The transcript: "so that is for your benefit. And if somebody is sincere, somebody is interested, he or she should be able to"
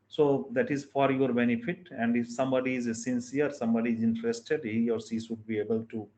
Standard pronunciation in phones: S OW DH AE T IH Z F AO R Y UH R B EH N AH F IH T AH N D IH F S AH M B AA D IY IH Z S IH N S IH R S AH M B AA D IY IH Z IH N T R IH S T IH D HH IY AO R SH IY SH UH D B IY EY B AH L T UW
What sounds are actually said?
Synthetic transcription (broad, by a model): S OW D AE T IH Z F AO R Y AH R B EH N AH F IH T AH N D IH F S AH M B AA D IY IH Z S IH N S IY R S AH M B AA D IY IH Z IH N T R IH S T IH D HH IY AO R S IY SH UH D B IY EY B AH L T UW